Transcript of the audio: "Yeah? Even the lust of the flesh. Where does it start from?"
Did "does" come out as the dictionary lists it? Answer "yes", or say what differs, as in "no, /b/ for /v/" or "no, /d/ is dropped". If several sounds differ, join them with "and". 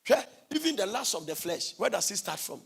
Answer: no, /s/ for /z/